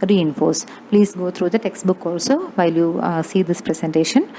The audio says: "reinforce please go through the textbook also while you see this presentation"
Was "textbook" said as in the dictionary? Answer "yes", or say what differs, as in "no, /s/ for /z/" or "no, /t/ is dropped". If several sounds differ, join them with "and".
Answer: yes